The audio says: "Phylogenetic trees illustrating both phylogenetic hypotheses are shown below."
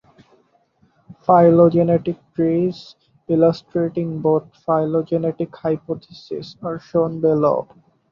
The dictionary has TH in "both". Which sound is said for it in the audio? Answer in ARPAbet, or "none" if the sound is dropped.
T